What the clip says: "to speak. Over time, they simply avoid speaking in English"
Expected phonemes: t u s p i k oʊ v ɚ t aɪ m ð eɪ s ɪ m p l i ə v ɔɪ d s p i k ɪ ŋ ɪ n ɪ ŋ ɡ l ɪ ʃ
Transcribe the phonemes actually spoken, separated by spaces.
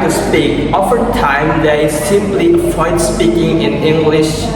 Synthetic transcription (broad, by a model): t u s p i k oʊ f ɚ t aɪ m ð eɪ s ɪ m p l i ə f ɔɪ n s p i k ɪ ŋ ɪ n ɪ ŋ ɡ l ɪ ʃ